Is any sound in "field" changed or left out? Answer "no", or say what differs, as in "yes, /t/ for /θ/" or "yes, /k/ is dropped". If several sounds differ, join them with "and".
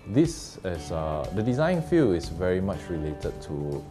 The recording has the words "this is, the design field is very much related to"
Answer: yes, /d/ is dropped